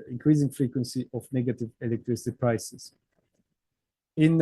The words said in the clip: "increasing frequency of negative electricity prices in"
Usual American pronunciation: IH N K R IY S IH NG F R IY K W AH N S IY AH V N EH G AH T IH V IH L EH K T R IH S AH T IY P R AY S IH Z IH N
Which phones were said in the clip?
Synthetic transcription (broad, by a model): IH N K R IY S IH NG F R IY K W AH N S IY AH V N EH G AH T IH V IH L EH K T R IH S AH T IY P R AY S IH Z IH N